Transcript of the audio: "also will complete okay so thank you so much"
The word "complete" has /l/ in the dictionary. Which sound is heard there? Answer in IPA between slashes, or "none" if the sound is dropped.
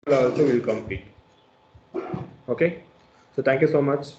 none